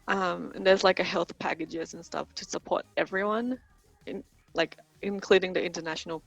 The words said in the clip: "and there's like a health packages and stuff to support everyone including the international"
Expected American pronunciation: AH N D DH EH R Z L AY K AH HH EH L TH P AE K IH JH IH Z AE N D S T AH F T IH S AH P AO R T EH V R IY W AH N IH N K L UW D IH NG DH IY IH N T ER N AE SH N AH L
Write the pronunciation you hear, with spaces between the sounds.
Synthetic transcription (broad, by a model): AH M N DH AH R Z L AY K AH HH EH L TH P AE K IH JH IH Z N S T AH F T IH S AH P AO R T EH V R IY W AH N IH N K L UW D IH NG DH IY IH N T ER N AE SH N L